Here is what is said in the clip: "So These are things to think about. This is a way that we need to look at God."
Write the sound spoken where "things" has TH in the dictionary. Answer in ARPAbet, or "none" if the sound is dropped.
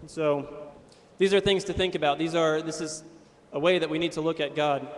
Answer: TH